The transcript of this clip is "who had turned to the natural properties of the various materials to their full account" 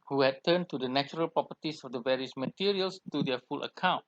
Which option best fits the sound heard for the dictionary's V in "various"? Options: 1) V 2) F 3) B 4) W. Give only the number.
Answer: 1